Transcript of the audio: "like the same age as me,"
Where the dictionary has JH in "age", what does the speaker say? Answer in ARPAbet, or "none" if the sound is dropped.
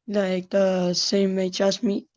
CH